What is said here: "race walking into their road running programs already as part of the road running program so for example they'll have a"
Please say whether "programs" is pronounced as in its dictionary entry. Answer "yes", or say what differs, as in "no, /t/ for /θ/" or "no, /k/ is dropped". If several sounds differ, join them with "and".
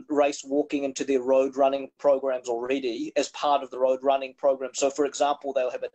yes